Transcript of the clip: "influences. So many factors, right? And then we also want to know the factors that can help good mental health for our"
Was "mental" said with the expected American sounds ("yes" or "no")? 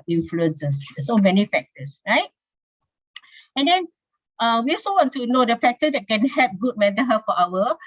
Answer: no